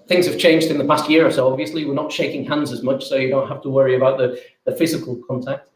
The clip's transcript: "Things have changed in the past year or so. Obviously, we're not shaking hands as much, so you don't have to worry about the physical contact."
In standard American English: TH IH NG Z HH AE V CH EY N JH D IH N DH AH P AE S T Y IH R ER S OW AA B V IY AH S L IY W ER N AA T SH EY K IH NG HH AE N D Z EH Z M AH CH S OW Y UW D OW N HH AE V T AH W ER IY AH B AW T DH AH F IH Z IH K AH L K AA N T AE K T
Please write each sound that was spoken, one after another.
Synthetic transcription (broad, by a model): TH IH NG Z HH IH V CH EY N JH D IH N DH AH P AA S T Y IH R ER S OW AA B V IY AH S L IY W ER N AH T SH EY K IH NG HH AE N D Z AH Z M AH CH S OW Y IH D OW N HH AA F T AH W ER IY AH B AW T DH AH F IH Z IH K AH L K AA N T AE K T